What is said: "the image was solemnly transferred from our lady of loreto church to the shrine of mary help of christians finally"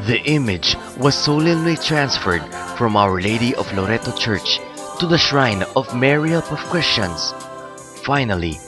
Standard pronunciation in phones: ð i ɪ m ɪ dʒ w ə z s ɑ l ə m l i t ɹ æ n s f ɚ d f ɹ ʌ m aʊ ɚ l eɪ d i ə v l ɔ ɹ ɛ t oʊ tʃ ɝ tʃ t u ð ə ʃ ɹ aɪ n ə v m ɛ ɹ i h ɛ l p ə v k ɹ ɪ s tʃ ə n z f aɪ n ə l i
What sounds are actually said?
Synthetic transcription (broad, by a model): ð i ɪ m ɪ dʒ w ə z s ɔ l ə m l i t ɹ æ n s f ɚ d f ɹ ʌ m aʊ ɚ l eɪ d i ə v l ɔ ɹ ɛ t oʊ tʃ ɝ tʃ t u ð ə ʃ ɹ aɪ n ə v m ɛ ɹ i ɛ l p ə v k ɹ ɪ s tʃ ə n s f aɪ n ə l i